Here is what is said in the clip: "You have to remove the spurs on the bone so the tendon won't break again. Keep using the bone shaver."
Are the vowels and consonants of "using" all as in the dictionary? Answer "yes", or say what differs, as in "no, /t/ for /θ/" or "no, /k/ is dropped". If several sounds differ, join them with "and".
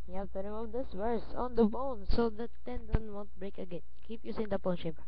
no, /s/ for /z/